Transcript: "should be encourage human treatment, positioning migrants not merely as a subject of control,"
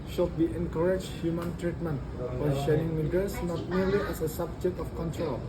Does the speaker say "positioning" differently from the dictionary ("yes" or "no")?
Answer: yes